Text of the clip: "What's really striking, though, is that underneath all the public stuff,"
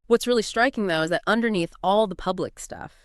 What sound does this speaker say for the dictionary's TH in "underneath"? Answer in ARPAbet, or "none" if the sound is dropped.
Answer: TH